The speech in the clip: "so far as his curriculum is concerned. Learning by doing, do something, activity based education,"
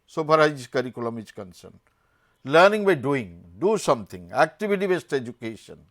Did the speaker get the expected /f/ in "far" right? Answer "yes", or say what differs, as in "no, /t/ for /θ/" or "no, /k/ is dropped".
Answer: no, /p/ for /f/